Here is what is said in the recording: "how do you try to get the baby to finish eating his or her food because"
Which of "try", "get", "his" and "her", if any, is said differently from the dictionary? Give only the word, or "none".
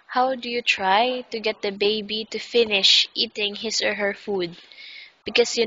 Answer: his